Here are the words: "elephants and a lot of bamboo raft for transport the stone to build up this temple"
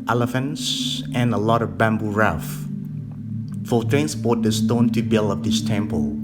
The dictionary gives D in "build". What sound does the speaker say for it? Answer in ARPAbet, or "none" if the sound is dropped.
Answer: none